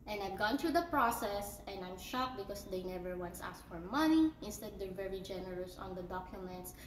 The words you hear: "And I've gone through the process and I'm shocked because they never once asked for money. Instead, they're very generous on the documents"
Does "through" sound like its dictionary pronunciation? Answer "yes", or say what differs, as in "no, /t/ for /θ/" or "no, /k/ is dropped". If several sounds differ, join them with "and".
no, /t/ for /θ/